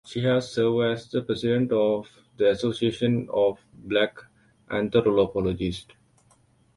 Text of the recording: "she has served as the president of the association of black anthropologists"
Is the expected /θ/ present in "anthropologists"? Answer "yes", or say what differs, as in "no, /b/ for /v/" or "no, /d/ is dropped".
no, /t/ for /θ/